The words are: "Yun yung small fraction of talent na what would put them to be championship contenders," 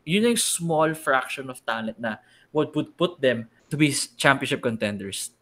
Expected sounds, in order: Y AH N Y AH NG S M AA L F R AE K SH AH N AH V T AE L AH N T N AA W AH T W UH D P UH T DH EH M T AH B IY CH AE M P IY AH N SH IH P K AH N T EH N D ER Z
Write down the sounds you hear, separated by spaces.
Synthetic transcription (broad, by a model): Y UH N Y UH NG S M AA L F R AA K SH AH N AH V T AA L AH T N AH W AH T W UH D P UH T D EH M T AH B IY CH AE M P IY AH N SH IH P K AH N T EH N D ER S